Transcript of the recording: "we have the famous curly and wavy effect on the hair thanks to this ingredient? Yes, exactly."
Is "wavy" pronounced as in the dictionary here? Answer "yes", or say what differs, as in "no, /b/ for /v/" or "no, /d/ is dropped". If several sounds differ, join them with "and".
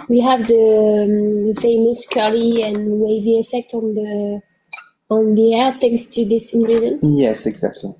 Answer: yes